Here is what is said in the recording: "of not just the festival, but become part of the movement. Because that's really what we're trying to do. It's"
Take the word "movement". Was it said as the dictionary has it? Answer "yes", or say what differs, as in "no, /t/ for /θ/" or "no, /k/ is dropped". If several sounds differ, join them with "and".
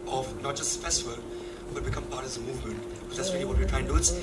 yes